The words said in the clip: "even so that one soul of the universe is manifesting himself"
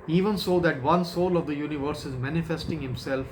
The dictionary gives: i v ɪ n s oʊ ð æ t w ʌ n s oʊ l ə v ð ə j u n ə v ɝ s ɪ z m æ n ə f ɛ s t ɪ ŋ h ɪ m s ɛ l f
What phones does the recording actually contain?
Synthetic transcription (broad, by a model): i v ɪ n s oʊ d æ t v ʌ n s oʊ l ə v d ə j u n ə v ɝ s ɪ z m æ n ə f ɛ s t ɪ ŋ h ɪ m s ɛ l f